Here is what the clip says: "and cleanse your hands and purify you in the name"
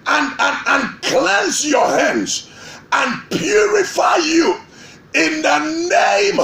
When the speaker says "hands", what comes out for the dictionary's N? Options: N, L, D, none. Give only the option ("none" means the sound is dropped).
N